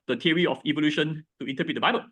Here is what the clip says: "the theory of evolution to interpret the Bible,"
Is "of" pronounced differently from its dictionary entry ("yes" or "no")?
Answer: yes